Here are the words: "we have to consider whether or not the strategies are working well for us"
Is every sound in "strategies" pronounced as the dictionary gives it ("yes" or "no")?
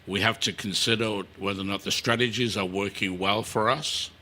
yes